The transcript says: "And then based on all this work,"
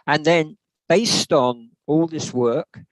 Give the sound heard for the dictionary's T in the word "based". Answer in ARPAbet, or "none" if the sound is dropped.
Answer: T